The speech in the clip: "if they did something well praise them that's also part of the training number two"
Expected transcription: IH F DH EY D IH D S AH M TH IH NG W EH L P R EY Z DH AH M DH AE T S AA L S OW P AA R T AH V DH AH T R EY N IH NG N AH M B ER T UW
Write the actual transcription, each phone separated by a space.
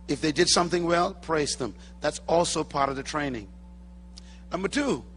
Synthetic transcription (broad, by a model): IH F DH EY D IH D S AH M TH IH NG W EH L P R EY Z DH AH M DH AE T S AA L S OW P AA R T AH V DH AH T R EY N IH NG N AH M B ER T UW